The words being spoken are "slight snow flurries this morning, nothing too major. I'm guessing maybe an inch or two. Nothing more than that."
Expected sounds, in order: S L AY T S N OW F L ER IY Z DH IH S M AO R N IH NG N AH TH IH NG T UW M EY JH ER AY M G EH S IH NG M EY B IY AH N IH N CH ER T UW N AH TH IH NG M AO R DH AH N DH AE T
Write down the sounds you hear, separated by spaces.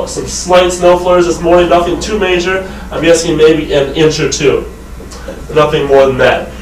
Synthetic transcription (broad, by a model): S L AY T S N OW F L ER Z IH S M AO R IH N AH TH IH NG T UW M EY JH ER AY M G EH S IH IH M EY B IY AH N IH N CH ER T UW N AH TH IH NG M AO R DH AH N DH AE T